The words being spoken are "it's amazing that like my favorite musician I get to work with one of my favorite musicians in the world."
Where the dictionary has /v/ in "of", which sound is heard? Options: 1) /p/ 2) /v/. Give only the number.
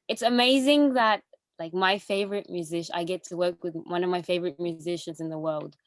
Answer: 2